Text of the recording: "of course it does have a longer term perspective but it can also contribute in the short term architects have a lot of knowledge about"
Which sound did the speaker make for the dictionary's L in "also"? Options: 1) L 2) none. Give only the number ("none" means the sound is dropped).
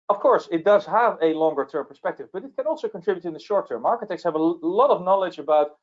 1